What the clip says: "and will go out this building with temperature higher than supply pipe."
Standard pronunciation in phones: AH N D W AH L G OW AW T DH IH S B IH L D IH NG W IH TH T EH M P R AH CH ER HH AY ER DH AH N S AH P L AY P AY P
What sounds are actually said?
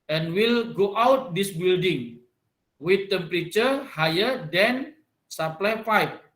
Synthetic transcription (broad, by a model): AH N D W AH L G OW AW T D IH S B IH L D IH NG W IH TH T EH M P R AH CH ER HH AY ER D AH N S AH P L AY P AY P